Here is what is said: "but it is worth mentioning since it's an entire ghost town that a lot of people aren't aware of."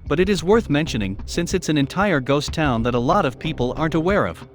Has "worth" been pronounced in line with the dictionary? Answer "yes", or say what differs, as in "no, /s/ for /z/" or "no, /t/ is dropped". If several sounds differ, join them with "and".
yes